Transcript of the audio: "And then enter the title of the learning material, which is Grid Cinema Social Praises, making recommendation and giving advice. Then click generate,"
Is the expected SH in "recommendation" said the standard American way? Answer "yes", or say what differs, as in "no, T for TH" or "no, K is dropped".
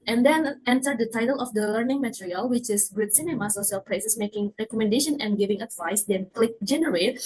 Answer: yes